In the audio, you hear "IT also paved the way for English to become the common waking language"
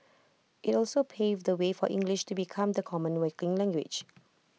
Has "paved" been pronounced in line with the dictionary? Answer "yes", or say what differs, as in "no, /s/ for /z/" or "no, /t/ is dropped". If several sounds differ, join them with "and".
yes